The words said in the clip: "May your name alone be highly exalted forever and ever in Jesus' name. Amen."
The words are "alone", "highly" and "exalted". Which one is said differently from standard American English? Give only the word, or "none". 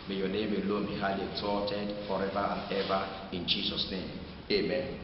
exalted